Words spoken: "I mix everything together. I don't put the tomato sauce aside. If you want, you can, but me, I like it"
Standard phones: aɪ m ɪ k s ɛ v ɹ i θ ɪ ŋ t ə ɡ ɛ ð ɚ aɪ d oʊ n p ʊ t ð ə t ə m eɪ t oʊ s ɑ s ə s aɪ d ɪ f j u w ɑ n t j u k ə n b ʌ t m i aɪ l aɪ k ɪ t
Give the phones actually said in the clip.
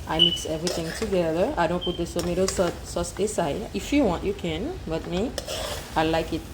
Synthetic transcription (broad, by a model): aɪ m ɪ k s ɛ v ɹ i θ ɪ ŋ t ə ɡ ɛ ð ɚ aɪ d oʊ n p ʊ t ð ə s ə m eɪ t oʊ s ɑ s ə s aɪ ɪ f j u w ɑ n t j u k ə n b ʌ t m i aɪ l aɪ k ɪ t